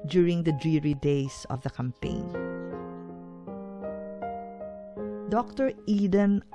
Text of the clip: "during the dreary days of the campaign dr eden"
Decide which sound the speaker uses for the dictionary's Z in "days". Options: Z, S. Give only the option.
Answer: S